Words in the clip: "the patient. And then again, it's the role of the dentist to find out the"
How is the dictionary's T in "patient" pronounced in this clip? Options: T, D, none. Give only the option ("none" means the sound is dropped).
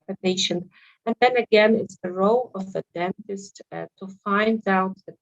none